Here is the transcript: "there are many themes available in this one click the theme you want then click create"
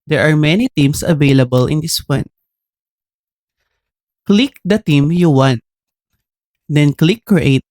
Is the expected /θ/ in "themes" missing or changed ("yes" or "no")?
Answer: yes